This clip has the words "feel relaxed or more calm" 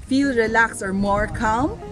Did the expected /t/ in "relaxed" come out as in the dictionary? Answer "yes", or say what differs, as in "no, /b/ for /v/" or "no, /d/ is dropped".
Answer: no, /t/ is dropped